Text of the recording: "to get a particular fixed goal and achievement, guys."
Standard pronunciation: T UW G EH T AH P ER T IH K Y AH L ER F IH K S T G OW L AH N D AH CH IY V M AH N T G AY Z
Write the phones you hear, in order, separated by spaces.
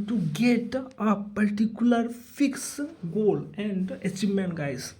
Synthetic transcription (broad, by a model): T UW G EH T AH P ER T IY K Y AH L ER F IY K S G OW L AH N D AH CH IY M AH N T G AY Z